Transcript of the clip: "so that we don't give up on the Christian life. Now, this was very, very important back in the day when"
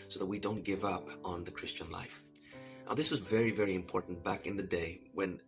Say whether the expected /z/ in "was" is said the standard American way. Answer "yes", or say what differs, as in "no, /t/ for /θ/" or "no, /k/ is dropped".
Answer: yes